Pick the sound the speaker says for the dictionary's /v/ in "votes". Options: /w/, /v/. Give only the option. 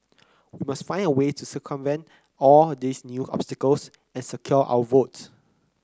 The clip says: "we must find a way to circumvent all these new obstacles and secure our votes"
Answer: /v/